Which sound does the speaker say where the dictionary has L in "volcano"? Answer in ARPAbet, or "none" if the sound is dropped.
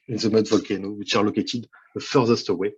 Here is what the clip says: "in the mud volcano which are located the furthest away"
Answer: L